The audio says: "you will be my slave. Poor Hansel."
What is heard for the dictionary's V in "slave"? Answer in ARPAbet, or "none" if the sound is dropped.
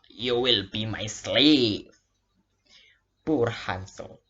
P